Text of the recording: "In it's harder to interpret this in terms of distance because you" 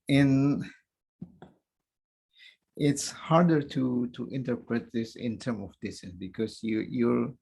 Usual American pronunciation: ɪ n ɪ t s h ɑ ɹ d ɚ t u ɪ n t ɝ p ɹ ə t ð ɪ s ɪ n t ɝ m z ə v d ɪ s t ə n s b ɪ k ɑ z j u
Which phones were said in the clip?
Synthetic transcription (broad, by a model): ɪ n ɪ t s h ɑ ɹ d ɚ t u ɪ n t ɝ p ɹ ə t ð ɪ s ɪ n t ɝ m ə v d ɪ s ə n b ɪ k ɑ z j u